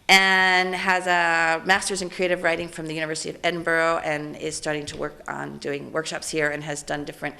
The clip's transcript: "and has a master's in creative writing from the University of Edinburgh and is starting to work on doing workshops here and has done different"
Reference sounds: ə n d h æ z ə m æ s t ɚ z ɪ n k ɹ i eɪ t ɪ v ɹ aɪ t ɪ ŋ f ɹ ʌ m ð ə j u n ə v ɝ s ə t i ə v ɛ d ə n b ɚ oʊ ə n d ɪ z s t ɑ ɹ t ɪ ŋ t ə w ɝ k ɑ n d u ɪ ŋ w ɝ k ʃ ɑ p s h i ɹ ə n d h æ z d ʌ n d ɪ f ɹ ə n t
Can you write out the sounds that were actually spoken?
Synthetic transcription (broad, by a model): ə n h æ z ə m æ s t ɚ z ɪ n k ɹ i eɪ t ɪ v ɹ aɪ t ɪ ŋ f ɹ ʌ m ð ə j u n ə v ɝ s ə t i ə v ɛ d n b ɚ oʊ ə n ɪ z s t ɑ ɹ t ɪ ŋ t ə w ɝ k n d u ɪ ŋ w ɝ k ʃ ɑ p s h i ɹ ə n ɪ z d ʌ n d ɪ f ɹ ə n t